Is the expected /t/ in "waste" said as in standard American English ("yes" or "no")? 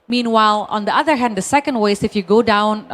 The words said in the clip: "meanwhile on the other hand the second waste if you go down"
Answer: no